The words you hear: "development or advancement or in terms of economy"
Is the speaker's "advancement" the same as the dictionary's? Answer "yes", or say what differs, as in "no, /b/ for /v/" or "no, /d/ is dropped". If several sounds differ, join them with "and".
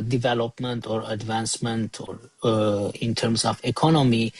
yes